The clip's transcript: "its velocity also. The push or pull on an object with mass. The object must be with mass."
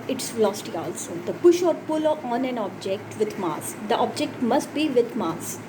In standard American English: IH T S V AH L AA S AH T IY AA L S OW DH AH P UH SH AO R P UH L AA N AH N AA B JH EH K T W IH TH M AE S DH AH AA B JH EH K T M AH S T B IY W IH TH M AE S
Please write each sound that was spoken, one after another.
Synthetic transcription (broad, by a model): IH T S L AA S T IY AA L S OW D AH P UH SH AO R P UH L AA N AH N AA B JH EH K T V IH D M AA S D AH AA B JH EH K T M AH S T B IY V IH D M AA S